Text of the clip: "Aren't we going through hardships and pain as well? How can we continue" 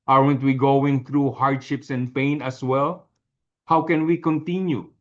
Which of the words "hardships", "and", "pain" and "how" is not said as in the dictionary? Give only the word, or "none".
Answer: none